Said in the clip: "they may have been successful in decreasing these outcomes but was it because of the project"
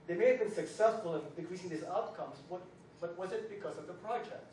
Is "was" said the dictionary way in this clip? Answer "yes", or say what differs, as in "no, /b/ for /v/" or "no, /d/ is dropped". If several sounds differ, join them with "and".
yes